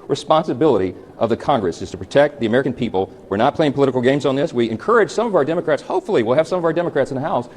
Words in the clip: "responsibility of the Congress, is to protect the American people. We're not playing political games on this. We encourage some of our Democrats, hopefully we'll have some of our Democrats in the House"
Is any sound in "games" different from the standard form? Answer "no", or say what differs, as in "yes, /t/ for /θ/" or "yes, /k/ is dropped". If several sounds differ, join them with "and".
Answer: no